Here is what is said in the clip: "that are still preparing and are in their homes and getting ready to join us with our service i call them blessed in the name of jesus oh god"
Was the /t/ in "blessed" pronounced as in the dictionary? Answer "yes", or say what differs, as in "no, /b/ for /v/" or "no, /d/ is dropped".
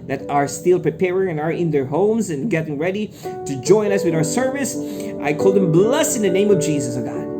no, /t/ is dropped